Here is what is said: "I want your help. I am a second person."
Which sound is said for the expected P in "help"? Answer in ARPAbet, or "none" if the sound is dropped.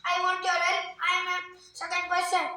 none